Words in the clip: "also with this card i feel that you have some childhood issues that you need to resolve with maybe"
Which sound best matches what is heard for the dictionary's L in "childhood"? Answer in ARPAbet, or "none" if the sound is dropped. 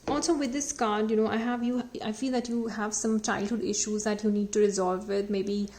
L